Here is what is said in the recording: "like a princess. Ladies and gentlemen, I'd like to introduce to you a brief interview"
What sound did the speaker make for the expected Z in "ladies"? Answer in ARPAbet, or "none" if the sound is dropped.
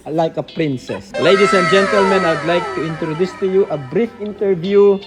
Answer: S